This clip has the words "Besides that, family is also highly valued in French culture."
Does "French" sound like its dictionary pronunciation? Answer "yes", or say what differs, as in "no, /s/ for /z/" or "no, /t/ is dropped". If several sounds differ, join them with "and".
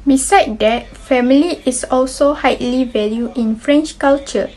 yes